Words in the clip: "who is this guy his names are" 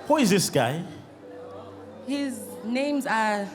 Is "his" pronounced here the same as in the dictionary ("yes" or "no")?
yes